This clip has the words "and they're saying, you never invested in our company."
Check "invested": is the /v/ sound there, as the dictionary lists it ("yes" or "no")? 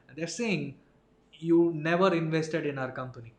yes